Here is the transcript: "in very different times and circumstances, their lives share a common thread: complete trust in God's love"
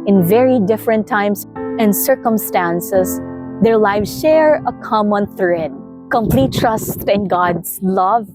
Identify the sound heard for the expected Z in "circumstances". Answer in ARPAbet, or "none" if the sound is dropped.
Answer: S